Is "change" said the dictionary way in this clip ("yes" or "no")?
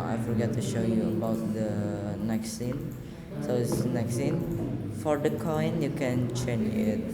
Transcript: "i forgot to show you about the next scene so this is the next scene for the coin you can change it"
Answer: no